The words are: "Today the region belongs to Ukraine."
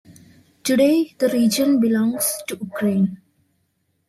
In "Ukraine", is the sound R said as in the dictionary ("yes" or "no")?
yes